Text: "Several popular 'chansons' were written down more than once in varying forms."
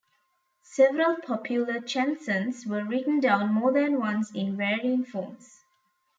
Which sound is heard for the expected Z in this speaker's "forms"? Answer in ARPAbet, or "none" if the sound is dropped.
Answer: S